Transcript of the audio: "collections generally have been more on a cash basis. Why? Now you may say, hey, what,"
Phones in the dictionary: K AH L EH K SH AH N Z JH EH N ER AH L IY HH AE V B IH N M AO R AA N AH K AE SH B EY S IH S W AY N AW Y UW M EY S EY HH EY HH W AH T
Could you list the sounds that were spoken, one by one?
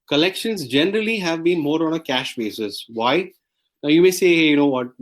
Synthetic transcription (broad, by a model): K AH L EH K SH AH N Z JH EH N ER AH L IY HH AE V B IH N M AO R AA N AH K AE SH B EY S IH S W AY N AW Y UW M EY S EY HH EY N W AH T